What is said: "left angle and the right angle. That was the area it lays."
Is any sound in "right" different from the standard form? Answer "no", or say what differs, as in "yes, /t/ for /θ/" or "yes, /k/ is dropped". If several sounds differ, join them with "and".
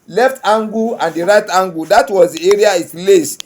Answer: no